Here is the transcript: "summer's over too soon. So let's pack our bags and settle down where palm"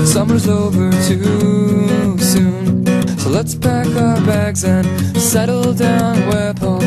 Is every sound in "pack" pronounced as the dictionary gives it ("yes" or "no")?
no